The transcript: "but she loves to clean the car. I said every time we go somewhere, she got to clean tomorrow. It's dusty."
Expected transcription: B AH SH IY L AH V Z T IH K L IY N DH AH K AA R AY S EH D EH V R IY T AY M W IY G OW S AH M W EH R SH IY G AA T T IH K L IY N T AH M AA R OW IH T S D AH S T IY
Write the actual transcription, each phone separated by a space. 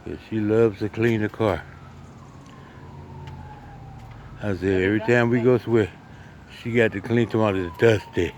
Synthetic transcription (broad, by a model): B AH SH IY L AH V Z T IH K L IY N DH AH K AA R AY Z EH EH V R IY T AY M W IY G OW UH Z W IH SH IY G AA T T IH K L IY N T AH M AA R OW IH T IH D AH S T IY